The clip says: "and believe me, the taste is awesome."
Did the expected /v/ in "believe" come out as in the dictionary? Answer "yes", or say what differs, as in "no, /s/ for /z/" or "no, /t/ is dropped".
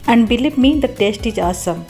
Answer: no, /p/ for /v/